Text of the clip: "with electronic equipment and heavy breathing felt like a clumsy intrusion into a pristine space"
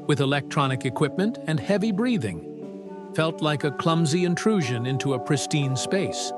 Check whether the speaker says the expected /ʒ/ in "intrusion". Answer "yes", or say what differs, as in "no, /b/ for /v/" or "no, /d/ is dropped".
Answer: yes